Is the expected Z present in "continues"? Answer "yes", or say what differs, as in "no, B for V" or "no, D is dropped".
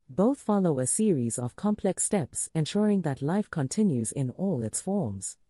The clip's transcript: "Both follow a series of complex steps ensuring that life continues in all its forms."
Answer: yes